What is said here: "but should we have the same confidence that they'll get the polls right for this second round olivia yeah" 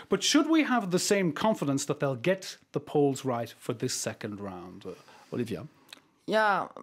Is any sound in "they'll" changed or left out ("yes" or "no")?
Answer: no